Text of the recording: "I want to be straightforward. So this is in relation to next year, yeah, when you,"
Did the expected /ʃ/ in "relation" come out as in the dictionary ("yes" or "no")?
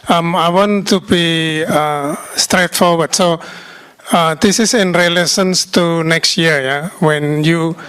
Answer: no